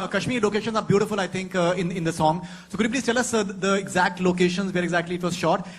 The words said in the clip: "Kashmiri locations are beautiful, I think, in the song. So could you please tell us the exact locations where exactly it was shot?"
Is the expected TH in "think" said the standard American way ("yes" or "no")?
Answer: no